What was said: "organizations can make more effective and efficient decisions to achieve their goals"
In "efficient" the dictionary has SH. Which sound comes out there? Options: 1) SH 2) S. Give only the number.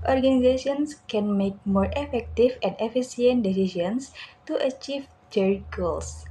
2